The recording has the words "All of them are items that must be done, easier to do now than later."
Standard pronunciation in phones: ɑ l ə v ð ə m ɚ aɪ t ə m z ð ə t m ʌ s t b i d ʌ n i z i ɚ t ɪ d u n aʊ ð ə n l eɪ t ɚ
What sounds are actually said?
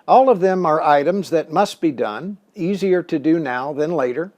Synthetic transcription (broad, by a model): ɑ l ə v ð ə m ɚ aɪ t ə m z ð ə t m ʌ s t b i d ʌ n i z i ɚ t ɪ d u n aʊ ð ə n l eɪ t ɚ